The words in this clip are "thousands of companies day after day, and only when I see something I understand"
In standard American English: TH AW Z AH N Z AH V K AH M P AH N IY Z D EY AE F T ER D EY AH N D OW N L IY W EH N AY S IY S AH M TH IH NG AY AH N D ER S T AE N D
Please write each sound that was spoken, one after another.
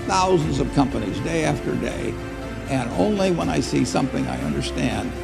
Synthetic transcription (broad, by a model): TH AW Z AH N Z AH V K AH M P AH N IY Z D EY AE F T ER D EY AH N OW N L IY W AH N AY S IY S AH M TH IH NG AY AH N D ER S T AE N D